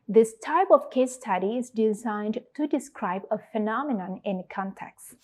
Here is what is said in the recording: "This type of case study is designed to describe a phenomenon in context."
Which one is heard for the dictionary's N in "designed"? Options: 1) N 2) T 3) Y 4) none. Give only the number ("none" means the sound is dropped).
1